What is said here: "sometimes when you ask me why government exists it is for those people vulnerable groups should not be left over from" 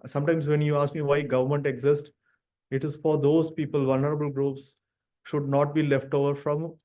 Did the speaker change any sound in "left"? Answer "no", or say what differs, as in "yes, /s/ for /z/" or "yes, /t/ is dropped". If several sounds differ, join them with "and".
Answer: no